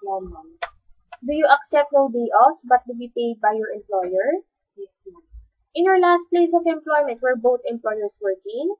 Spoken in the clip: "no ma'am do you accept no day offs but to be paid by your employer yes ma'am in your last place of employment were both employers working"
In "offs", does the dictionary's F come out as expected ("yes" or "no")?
no